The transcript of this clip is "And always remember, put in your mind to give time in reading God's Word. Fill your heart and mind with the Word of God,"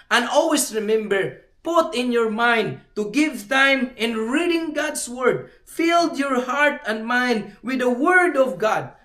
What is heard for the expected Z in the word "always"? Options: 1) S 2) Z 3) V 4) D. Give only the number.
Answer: 1